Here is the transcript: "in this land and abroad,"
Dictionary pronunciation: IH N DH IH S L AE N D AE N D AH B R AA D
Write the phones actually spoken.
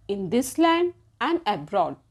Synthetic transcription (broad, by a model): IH N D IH S L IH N AE N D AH B R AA D